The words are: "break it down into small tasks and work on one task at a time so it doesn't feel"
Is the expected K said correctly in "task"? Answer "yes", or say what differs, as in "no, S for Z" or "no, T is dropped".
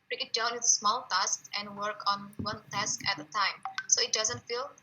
yes